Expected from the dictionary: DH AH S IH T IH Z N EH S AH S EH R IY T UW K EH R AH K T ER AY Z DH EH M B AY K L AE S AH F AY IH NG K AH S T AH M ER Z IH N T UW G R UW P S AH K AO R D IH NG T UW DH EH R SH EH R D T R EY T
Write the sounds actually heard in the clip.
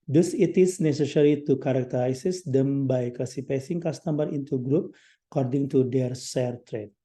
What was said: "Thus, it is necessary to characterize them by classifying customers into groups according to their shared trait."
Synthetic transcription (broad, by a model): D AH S IH T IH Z N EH S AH S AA R IY T UW K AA R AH K T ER AY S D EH M B AY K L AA S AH P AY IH NG K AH S T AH M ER IH N T UW G R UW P AH K AO R D IH NG T UW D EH R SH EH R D T R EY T